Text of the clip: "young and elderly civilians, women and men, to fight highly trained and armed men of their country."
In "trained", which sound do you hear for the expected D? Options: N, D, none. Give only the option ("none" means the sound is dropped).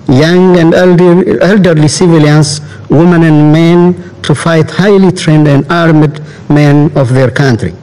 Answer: D